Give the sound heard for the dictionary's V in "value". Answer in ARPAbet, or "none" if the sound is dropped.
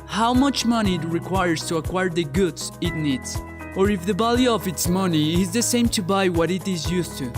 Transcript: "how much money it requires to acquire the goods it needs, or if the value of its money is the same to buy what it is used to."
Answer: B